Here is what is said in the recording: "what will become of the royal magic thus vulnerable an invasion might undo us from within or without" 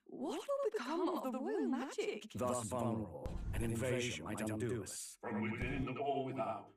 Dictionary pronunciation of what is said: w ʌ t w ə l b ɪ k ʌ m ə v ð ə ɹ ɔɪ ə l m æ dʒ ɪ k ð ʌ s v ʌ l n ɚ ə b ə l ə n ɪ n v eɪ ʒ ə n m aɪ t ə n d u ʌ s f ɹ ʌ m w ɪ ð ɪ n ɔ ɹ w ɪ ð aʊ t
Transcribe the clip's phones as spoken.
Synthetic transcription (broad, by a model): w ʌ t w ə l b ɪ k ʌ m ə v ð ə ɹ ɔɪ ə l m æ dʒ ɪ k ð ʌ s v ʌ n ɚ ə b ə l ə n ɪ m v eɪ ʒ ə n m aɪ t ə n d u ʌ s f ɹ ʌ m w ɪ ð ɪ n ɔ l w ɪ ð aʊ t